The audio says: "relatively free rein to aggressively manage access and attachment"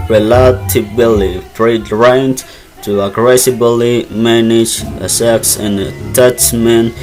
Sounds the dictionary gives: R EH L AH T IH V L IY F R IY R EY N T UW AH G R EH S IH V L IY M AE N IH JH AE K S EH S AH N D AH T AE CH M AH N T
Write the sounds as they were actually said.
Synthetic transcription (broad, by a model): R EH L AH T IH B L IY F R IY R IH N T UW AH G R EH S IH B L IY M AE N IH JH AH S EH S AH N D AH T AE CH M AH N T